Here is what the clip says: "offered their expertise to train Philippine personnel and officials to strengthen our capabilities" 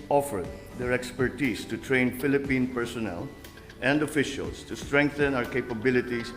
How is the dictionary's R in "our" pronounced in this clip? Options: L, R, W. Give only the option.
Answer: R